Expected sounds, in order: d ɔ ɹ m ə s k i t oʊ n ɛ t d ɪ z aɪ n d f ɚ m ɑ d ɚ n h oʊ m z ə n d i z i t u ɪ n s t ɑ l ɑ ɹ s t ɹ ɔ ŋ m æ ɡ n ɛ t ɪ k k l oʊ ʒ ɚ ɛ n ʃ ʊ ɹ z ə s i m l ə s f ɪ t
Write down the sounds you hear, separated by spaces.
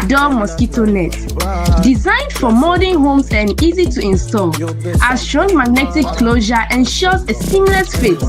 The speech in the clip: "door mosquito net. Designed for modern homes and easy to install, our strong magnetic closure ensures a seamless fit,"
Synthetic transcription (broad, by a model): d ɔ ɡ m ə s k i t oʊ n ɛ t d ɪ z aɪ n d f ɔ m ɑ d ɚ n h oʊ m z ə n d i z i t u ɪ n s t ɑ l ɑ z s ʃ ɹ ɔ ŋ m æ ɡ n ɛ t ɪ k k l oʊ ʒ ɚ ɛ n ʃ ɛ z ə s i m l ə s f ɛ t